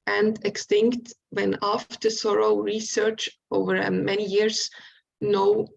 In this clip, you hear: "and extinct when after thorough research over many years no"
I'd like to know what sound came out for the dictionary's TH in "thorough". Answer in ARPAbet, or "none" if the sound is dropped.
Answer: S